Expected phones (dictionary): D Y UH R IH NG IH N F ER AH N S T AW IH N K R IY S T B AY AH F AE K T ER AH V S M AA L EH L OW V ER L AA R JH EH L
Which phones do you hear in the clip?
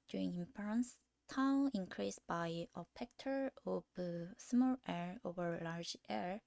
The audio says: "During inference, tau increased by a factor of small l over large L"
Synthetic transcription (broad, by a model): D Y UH R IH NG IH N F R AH N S T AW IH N K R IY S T B AY AH P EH K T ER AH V S M AA L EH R OW V ER L AA R JH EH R